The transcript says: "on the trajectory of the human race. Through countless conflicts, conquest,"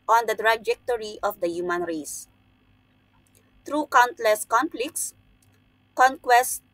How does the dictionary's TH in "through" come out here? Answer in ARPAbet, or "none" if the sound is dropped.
T